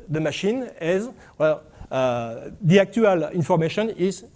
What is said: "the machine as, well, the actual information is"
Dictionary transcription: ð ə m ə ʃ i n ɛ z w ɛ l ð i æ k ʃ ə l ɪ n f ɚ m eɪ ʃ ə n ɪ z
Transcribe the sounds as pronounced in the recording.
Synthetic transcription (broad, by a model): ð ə m ə ʃ i n ɛ z w ɛ l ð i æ k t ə l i n f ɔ m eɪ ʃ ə n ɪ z